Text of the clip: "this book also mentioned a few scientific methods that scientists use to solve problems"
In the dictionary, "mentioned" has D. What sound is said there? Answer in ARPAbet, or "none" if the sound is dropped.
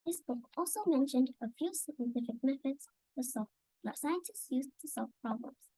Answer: D